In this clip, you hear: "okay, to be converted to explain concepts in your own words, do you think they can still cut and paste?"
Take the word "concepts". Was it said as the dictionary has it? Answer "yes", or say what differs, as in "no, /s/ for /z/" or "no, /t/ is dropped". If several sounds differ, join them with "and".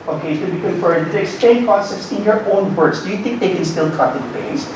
no, /n/ is dropped and /p/ is dropped